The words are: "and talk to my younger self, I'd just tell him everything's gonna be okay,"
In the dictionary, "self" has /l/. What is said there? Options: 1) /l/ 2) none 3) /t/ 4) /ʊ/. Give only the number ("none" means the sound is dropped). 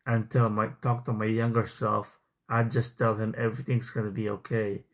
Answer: 1